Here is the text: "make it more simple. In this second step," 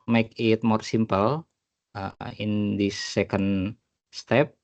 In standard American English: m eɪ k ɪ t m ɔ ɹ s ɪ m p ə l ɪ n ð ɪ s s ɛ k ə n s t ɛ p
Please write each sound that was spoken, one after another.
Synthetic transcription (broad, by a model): m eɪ k ɪ t m ɔ ɹ s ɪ m p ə l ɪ n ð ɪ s s ɛ k ə n s t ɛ p